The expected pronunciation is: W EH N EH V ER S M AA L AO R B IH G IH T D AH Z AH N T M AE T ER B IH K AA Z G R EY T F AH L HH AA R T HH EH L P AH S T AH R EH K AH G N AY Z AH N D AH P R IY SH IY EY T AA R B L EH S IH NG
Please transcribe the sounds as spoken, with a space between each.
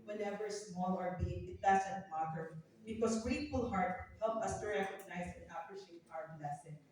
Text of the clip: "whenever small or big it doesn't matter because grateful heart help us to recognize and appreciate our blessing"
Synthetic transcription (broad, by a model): W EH N EH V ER S M AA L AO R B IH IH T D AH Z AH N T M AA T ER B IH K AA S G R EY T F AH L HH AA R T HH EH L P AH S T AH R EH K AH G N AY S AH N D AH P R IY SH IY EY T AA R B L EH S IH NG